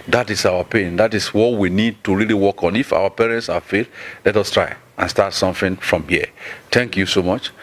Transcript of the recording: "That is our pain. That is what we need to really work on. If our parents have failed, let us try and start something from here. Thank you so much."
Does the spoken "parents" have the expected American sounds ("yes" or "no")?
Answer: yes